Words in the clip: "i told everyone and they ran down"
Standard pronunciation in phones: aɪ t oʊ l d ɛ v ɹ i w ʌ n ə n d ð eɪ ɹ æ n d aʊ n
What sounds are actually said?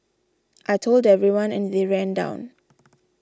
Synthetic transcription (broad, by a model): aɪ t oʊ l d ɛ v ɹ i w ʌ n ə n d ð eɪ ɹ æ n d aʊ n